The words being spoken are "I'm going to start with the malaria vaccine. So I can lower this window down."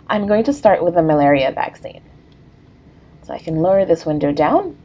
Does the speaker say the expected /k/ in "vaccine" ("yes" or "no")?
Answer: yes